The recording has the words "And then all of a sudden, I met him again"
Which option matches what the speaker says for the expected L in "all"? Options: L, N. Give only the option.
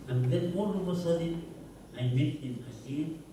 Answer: N